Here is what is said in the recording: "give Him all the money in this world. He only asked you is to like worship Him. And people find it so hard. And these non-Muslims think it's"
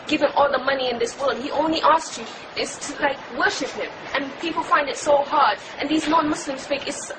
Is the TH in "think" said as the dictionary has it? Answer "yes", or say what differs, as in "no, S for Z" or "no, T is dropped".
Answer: no, F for TH